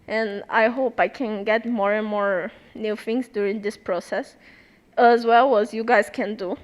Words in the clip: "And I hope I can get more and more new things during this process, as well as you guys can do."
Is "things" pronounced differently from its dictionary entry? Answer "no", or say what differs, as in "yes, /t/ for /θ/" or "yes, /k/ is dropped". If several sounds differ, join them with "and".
yes, /f/ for /θ/